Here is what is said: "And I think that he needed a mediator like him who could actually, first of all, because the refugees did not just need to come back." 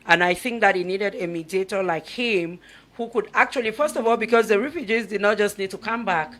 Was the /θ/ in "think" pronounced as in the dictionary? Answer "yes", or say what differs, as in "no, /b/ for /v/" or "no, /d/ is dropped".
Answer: yes